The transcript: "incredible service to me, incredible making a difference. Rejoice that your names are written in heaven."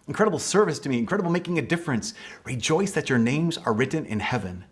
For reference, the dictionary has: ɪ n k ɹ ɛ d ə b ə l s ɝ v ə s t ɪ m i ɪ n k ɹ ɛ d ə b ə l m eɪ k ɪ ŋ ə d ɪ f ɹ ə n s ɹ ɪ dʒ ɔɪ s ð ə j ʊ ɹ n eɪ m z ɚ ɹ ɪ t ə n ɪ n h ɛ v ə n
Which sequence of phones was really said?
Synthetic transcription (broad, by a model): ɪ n k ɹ ɛ d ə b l s ɝ v ə s t ɪ m i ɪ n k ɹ ɛ d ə b l m eɪ k ɪ ŋ ə d ɪ f ɹ ə n s ɹ ɪ dʒ ɔɪ s ð ə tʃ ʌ ɹ n eɪ m z ɚ ɹ ɪ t n ɪ n h ɛ v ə n